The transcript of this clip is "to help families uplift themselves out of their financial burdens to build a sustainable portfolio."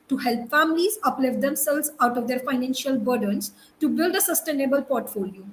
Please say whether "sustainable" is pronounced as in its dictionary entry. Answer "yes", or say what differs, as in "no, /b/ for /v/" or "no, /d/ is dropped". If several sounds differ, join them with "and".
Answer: yes